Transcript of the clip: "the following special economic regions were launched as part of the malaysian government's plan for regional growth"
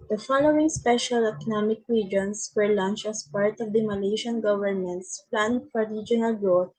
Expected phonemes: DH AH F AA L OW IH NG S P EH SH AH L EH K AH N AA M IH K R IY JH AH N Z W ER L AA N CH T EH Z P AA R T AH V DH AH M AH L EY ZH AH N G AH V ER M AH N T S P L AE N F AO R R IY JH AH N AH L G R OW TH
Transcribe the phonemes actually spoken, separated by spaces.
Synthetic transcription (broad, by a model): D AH F AA L OW IH NG S P EH SH AH L EH K AH N AA M IH K R IY JH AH N S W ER L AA N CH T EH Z P AA R T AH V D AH M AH L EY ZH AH N G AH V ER M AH N T S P L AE N F AO R R IY JH AH N AH L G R OW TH